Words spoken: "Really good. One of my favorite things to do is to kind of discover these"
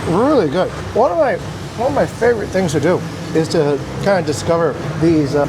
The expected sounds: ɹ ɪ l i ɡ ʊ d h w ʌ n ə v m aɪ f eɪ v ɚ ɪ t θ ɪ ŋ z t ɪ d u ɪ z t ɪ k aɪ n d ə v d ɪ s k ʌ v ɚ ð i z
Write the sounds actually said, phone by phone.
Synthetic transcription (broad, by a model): ɹ ɪ l i ɡ ʊ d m w ʌ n ə v m aɪ f eɪ v ɚ ɪ t θ ɪ ŋ z t ɪ d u ɪ z t ɪ k aɪ n d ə d ɪ s k ʌ v ɚ ð i z